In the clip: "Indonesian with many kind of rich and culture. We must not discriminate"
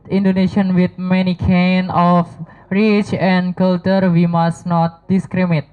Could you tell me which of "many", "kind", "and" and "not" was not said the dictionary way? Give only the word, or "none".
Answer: kind